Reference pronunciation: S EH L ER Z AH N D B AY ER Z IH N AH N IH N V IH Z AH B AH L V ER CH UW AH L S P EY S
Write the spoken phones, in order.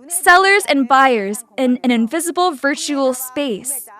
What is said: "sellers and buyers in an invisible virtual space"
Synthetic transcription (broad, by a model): S EH L ER Z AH N B AY ER Z IH N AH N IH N V IH Z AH B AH L V ER CH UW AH L S P EY S